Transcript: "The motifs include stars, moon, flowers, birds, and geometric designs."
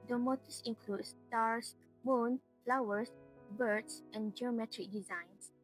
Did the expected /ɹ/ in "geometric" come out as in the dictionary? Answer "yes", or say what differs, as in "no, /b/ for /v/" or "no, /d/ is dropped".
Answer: yes